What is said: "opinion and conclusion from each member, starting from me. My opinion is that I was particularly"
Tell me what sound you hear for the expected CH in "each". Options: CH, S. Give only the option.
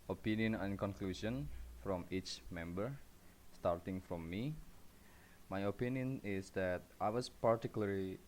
CH